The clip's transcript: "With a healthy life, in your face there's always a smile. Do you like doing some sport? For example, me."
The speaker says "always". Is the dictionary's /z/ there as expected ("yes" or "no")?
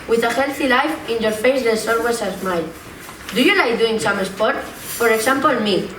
no